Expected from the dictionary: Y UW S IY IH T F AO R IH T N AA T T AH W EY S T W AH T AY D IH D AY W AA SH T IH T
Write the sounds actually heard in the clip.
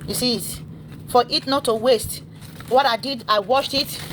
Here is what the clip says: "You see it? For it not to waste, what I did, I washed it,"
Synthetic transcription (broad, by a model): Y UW S IY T F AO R IH T N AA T T AH W EY S T W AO T AY D IH D AY W AA SH T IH T